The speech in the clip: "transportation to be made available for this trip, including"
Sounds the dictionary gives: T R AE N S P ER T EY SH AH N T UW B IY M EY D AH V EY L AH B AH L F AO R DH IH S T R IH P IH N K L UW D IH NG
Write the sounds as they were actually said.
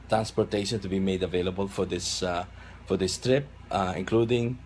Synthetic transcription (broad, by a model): T R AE N S P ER T EY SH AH N T UW B IY M EY D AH V EY L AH B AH L F AO R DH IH S T R IH P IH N K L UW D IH NG